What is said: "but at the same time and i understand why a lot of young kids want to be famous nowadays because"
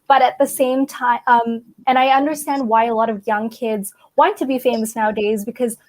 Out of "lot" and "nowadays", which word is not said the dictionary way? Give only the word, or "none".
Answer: none